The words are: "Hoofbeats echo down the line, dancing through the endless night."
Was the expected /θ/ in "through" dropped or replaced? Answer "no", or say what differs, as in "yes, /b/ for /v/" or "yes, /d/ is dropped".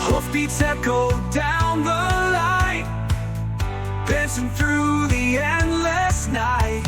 no